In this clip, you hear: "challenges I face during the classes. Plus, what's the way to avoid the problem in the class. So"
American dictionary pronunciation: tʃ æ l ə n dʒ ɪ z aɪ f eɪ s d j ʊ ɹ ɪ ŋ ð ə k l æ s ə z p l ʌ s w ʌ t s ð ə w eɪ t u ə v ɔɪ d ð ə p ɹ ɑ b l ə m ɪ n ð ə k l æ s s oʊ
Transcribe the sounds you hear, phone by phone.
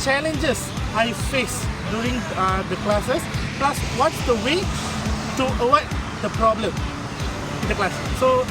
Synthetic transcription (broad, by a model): tʃ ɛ l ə n dʒ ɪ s aɪ f eɪ s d j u ɹ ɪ ŋ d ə k l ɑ s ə s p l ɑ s w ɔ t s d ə w eɪ t u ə w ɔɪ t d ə p ɹ ɑ b l ə m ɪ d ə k l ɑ s s oʊ